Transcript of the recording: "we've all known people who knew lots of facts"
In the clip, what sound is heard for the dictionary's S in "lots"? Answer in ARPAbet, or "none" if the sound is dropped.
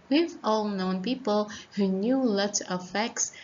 none